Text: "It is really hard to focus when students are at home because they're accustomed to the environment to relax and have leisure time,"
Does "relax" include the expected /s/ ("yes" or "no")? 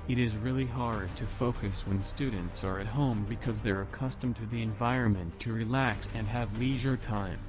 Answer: yes